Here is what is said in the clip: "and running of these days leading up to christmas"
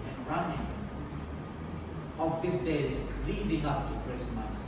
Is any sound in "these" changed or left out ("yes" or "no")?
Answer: yes